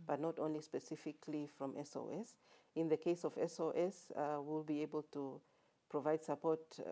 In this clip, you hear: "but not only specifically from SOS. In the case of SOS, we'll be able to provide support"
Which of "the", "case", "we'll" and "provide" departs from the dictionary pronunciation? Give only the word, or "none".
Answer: none